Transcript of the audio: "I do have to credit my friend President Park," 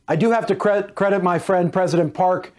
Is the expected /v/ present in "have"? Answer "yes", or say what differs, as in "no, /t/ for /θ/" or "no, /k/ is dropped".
no, /f/ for /v/